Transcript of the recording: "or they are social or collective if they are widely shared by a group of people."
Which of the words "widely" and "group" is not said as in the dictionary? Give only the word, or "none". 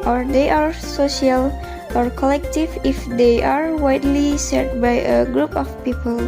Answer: none